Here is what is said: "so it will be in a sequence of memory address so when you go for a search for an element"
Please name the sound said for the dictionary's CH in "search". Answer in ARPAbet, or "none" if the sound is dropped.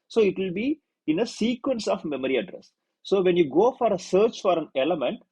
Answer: CH